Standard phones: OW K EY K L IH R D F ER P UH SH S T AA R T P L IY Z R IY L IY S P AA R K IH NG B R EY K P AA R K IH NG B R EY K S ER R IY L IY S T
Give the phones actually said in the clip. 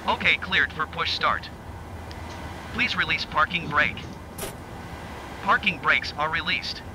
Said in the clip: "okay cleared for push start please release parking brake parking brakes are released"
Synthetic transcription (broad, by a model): OW K EY K L IH R D F ER P UH SH S T AA R T P L IY Z R IY L IY S P AA R K IH NG B R EY K P AA R K IH NG B R EY K S ER R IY L IY S T